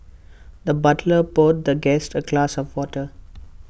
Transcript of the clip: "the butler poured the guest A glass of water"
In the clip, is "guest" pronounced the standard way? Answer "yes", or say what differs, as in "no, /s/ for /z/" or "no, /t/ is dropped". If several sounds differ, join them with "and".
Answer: yes